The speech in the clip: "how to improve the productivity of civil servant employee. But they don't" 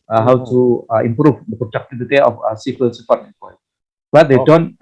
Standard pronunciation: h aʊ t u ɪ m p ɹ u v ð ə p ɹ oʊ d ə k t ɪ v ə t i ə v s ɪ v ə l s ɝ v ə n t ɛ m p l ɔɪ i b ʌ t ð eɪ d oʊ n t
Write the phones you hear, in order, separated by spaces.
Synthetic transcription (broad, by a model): h aʊ t u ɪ m p ɹ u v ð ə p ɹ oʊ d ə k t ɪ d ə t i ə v s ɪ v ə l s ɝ f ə t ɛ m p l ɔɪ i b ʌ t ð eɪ d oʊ n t